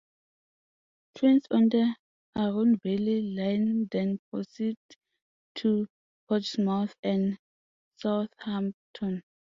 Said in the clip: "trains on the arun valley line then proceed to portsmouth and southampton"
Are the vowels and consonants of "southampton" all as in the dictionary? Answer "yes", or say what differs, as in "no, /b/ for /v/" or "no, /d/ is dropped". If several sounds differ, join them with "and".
no, /p/ is dropped